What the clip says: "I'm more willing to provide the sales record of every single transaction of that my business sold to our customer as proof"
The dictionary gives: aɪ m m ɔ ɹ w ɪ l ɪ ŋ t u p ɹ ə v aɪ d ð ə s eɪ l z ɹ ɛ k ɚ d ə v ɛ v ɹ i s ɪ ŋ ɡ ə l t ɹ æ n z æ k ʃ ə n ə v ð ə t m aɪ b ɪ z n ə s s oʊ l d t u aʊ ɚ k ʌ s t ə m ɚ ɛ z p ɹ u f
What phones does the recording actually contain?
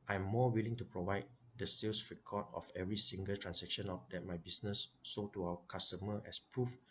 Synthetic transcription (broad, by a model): aɪ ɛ m ɔ w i l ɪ ŋ t u p ɹ ə v aɪ d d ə s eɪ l s ɹ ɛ k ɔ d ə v ɛ v ɹ i s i ŋ ɡ ə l t ɹ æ n s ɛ k ʃ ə n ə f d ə t m aɪ b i s n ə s s oʊ t u aʊ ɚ k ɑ s t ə m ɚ ɛ s p ɹ u f